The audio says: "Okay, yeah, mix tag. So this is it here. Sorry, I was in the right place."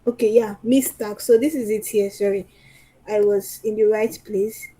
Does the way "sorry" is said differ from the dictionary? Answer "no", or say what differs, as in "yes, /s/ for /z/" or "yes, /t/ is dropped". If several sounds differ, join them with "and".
no